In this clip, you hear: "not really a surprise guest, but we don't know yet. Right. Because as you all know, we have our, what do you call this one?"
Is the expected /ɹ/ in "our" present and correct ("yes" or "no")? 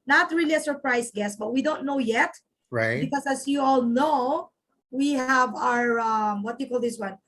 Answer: yes